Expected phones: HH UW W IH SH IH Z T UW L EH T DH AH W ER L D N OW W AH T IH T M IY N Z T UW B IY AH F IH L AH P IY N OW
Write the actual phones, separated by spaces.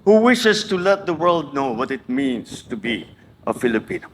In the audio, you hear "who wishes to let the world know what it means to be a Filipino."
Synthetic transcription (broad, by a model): HH UW W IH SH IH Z T UW L EH T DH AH W ER L D N OW W AH T IH T M IY N S T UW B IY AH F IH L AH P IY N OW